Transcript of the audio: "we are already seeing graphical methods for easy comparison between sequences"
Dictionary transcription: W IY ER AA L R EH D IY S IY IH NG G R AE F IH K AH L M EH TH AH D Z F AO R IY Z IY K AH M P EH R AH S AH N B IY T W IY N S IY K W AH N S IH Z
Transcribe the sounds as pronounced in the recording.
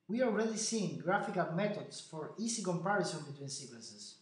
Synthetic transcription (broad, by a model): W IY AA L R EH D IY S IY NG G R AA F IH K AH L M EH T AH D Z F AO R IY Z IY K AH M P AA R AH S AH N B IY T W IY N S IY K W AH N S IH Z